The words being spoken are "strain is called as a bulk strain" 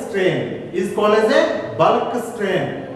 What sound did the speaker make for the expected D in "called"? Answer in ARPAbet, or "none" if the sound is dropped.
none